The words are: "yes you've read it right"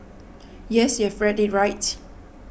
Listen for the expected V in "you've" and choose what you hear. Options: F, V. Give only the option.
F